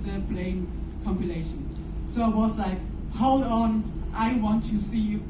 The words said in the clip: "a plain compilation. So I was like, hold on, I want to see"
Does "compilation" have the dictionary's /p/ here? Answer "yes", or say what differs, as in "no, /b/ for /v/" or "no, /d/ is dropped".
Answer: yes